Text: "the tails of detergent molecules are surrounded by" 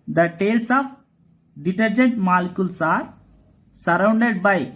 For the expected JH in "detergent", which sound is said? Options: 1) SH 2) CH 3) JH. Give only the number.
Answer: 3